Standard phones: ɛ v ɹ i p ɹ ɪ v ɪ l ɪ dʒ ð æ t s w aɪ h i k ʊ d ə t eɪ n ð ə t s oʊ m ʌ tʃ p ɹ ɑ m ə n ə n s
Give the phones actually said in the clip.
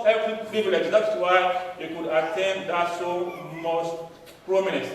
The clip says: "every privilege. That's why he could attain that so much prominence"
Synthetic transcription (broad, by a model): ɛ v ɹ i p ɹ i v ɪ l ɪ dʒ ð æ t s w aɪ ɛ k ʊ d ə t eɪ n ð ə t s oʊ m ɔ s p ɹ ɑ m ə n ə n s